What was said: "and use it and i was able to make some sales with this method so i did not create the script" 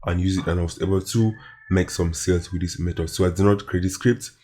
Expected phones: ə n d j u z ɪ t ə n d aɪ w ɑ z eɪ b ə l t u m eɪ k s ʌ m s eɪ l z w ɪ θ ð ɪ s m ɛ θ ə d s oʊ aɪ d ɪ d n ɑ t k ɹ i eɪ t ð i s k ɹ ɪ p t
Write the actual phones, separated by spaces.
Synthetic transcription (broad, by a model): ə n j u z ɪ t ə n aɪ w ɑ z eɪ b ə l t u m eɪ k s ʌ m s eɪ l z w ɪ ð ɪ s m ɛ t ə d s oʊ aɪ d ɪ n ɑ t k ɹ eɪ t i s k ɹ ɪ p t